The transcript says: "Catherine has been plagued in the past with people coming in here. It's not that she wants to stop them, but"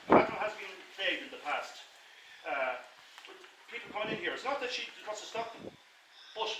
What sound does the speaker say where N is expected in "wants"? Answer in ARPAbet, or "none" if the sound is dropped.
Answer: none